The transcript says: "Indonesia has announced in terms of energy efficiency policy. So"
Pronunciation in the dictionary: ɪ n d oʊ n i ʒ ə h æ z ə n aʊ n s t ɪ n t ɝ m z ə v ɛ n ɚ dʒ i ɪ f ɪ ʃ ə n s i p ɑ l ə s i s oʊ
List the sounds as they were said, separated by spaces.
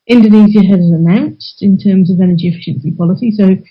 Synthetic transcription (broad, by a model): ɪ n d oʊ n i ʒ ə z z ə n aʊ n s t ɪ n t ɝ m z ə v ɛ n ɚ dʒ i ɪ f ɪ ʃ ə n s i p ɑ l ə s i s oʊ